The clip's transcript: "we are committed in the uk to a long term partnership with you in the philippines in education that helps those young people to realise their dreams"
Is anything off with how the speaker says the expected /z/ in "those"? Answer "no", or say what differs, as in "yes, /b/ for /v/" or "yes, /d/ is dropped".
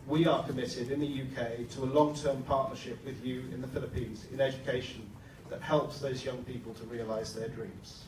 no